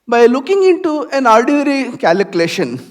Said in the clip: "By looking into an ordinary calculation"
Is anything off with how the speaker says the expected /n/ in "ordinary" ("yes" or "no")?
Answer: yes